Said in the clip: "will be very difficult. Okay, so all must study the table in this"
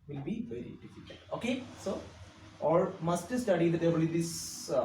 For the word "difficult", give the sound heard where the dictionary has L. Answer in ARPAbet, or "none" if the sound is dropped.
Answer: none